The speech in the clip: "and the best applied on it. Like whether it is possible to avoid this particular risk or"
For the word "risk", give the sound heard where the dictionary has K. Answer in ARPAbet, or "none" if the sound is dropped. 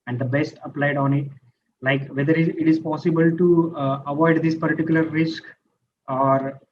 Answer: K